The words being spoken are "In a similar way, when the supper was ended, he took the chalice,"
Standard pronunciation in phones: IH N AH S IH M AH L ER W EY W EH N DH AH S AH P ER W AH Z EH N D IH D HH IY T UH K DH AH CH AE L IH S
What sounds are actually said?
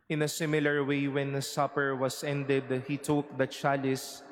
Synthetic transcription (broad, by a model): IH N AH S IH M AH L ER W EY W EH N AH S AH P ER W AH S EH N D IH D HH IY T UH K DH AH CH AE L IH S